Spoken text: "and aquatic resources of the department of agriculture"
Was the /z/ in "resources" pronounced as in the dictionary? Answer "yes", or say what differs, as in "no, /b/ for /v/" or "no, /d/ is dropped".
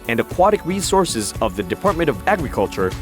yes